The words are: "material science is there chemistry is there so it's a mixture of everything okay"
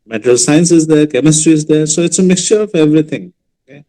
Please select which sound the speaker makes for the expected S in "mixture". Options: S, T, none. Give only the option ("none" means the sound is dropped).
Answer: S